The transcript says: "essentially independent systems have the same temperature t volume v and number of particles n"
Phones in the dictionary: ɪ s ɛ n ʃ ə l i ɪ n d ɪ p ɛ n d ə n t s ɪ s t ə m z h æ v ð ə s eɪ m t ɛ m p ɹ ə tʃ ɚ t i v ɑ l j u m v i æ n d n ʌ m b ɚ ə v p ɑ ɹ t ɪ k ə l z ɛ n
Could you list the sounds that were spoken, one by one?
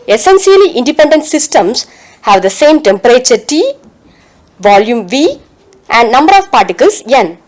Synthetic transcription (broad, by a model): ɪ s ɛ n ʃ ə l i ɪ n d ɪ p ɛ n d ə n t s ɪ s t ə m s h æ v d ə s eɪ m t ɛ m p ɹ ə tʃ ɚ t i v ɑ l j u m v i æ n d n ʌ m b ɚ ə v p ɑ ɹ t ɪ k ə l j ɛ n